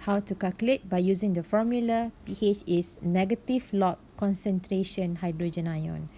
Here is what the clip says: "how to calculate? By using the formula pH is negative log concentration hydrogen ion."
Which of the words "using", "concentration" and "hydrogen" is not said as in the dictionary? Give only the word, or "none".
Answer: none